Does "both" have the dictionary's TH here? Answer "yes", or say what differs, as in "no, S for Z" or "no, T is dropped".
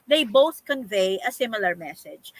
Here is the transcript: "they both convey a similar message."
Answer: yes